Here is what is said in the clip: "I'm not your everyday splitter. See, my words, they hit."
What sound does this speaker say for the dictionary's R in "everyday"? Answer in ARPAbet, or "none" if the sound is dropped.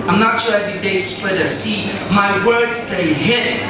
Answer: none